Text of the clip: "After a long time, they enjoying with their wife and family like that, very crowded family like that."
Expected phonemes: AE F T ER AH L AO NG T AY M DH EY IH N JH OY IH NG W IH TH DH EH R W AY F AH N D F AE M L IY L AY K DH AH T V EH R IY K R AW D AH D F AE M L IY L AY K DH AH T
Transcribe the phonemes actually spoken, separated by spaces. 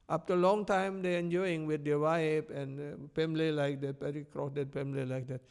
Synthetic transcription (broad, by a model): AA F T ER AH L AO NG T AY M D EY IH N JH OY IH NG W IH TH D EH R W AY P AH N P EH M L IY L AY K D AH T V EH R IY K R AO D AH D P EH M L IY L AY K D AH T